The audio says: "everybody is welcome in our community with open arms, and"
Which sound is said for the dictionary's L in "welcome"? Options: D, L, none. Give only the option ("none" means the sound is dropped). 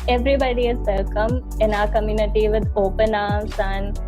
none